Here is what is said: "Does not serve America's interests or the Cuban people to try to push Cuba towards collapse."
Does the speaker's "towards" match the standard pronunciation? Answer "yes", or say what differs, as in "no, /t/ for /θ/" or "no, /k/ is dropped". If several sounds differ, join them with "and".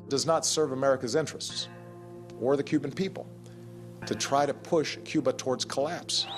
yes